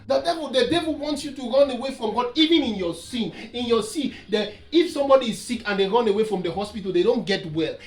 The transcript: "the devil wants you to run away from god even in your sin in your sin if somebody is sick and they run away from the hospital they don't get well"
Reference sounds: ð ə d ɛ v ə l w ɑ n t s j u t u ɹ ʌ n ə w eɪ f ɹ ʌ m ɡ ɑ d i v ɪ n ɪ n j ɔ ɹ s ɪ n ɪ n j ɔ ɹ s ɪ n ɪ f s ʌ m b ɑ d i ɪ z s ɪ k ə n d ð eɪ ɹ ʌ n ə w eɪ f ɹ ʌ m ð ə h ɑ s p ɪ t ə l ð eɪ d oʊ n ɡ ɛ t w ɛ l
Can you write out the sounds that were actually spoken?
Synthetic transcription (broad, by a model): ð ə d ɛ v ə l w ɑ n t s j u t u ɹ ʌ n ə w eɪ f ɹ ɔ m ɡ ɑ d i v ɪ n ɪ n j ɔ s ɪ n ɪ n j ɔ s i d ɪ f s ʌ m b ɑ d i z s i k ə n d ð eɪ ɹ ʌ n ə w eɪ f ɹ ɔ m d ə h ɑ s p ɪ t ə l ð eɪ d oʊ n ɡ ɛ t w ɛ l